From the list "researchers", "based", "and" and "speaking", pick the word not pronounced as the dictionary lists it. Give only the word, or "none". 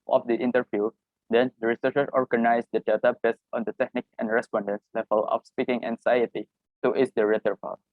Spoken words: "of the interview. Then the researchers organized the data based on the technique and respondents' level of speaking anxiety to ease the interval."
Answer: researchers